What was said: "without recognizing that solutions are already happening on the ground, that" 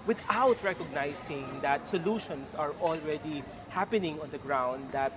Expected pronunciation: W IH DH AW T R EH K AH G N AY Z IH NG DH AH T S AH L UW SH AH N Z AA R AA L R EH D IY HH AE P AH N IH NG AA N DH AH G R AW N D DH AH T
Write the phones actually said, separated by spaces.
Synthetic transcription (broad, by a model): W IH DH AW T R EH K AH G N AY S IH NG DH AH T S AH L UW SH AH N S AA R AA L R EH D IY HH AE P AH N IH NG AA N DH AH G R AW N D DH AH T